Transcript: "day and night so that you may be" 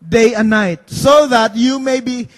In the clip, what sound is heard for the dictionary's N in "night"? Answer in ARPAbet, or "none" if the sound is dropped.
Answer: N